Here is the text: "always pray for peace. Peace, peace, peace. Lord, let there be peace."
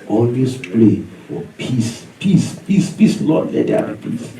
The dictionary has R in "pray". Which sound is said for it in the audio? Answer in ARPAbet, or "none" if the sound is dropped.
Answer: L